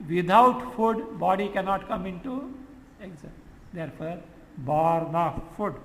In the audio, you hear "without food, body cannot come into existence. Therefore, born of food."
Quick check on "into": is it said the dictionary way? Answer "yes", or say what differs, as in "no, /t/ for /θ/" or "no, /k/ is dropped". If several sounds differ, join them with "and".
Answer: yes